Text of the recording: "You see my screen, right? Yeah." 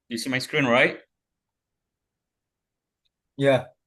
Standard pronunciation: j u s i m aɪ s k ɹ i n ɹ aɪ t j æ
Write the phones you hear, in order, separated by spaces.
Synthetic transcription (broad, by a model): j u s i m aɪ s k ɹ i n ɹ aɪ t j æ